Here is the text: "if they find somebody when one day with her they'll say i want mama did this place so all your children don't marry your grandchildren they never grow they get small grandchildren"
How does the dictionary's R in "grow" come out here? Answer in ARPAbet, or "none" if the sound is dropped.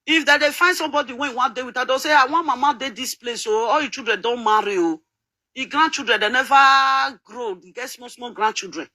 R